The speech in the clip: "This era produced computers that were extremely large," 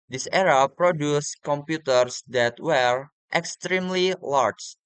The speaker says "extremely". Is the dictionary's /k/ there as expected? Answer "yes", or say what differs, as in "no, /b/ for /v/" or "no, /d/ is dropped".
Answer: yes